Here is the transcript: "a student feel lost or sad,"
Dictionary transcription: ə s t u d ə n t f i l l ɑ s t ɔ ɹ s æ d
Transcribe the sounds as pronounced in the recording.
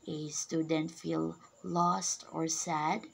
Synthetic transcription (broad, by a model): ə s t u d ə n t f i l l ɑ s t ɔ ɹ s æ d